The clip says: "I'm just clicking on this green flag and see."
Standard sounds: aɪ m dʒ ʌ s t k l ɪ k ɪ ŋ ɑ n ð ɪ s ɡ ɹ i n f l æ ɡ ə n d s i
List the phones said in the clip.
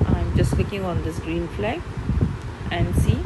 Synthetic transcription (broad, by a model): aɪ m dʒ ʌ s t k ɪ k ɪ ŋ ɑ n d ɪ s ɡ ɹ i n f l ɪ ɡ ə n d s i